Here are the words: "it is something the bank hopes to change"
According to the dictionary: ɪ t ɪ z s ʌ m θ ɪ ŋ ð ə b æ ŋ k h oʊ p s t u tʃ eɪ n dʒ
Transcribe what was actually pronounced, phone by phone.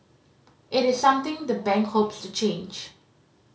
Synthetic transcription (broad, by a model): ɪ t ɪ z s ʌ m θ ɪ ŋ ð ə b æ ŋ k h oʊ p s t u tʃ eɪ n dʒ